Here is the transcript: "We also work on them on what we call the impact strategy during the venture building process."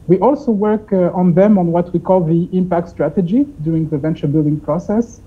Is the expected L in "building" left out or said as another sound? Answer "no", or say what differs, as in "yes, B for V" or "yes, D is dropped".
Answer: no